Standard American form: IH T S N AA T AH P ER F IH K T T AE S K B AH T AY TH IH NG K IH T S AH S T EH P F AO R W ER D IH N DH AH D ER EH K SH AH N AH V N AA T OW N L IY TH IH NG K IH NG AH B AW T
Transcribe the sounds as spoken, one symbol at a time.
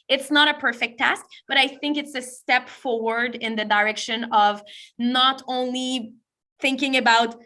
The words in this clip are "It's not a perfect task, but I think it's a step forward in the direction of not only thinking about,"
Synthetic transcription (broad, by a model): IH T S N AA T AH P ER F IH K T T AE S K B AH T AY TH IH NG K IH T S AH S T EH P F AO R W ER D IH N DH AH D ER EH K SH AH N AH V N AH T OW N L IY TH IH NG K IH NG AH B AW T